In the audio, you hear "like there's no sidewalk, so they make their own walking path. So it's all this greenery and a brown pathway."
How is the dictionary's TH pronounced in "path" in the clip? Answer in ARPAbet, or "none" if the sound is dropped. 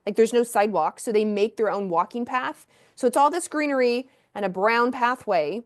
TH